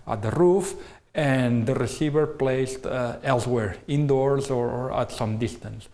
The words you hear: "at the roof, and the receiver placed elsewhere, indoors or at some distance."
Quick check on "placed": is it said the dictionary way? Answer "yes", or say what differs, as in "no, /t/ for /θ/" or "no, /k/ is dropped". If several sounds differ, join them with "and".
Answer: yes